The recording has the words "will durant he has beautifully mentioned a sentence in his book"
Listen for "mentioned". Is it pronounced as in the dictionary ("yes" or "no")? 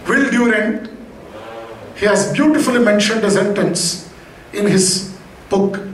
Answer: yes